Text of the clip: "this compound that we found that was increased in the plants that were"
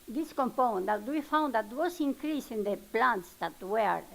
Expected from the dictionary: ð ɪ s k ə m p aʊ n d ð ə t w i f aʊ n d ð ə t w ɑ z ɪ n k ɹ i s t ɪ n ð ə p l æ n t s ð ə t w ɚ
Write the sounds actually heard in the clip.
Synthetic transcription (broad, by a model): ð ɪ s k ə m p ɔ n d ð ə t w i f aʊ n d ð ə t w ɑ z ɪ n k ɹ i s ɪ n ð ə p l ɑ n t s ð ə t w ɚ